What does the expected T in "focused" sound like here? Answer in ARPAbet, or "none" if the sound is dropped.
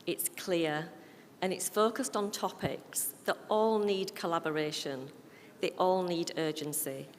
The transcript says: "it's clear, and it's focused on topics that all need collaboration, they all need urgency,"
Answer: T